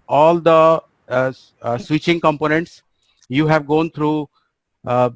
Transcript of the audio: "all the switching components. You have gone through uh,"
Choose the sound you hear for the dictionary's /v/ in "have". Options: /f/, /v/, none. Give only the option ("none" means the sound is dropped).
/v/